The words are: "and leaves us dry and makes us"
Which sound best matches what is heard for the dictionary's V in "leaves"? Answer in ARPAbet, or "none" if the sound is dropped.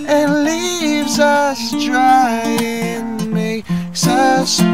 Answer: V